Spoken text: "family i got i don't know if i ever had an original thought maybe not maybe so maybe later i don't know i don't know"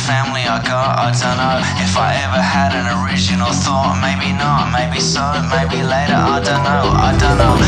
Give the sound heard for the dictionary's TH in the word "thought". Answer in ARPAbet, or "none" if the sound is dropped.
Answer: TH